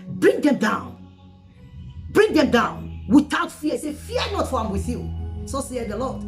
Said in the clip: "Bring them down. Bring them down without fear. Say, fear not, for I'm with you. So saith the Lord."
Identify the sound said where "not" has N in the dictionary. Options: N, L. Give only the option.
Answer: N